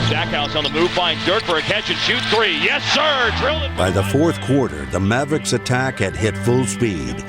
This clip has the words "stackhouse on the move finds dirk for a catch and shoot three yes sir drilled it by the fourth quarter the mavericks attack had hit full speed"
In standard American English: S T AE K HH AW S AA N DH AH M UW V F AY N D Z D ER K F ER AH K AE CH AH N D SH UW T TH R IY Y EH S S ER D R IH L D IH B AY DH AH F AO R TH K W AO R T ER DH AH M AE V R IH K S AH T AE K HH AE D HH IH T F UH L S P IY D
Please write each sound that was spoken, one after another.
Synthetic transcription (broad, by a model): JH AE K HH AW S N DH AH M UW V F AY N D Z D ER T F ER AH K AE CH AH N SH UW T TH R IY Y EH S S ER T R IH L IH B AY DH AH F AO R TH K W AO R T ER DH AH M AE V R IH K S AH T AE K HH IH D HH IH T F UH L S P IY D